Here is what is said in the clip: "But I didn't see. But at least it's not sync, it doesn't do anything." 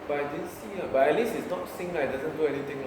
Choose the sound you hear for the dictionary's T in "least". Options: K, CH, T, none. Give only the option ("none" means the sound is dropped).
none